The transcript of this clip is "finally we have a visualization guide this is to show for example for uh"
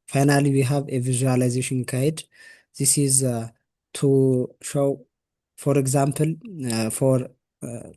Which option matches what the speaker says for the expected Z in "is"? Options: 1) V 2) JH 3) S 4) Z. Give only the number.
4